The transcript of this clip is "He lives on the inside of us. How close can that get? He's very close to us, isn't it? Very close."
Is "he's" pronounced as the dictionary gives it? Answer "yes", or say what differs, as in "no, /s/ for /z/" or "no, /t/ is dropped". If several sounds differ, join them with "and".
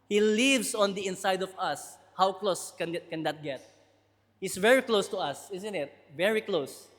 no, /s/ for /z/